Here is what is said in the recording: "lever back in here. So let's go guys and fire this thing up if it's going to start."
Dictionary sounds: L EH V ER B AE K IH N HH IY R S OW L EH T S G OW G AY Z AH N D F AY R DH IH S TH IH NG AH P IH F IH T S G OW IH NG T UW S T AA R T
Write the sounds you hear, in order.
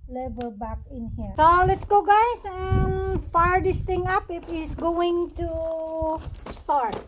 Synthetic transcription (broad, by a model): L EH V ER B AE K IH N HH IY R S OW L EH T S G OW G AY S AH N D F AY R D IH S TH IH NG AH P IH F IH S G OW IH NG T UW S T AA R T